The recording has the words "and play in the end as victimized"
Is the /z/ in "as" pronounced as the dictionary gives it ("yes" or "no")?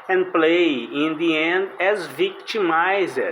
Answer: yes